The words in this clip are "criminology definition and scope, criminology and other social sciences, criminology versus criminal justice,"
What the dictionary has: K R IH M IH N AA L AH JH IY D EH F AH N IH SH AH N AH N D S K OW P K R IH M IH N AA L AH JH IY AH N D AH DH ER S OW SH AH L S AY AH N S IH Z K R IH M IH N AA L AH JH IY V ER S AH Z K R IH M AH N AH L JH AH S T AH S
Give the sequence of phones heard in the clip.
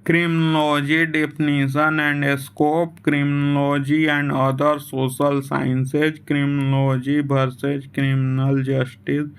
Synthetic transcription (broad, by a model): K R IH M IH N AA L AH JH IY D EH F N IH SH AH N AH N D S K OW P K R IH M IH N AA L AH JH IY AH N D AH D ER S OW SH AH L S AY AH N S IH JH K R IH M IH N L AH JH IY B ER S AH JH K R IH M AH N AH L JH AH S T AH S